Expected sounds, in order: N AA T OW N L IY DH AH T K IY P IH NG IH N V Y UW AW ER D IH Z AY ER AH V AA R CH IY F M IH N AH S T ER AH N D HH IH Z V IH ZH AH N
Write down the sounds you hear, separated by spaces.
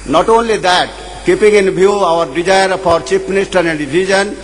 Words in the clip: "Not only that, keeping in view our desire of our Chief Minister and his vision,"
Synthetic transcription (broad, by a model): N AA T OW N L IY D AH T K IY P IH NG IH N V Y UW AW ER D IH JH AY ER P AA R CH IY P M IH N AH S T ER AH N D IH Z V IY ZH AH N